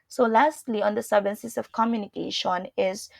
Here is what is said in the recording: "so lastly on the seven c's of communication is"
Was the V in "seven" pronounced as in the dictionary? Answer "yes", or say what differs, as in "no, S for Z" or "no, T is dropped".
no, B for V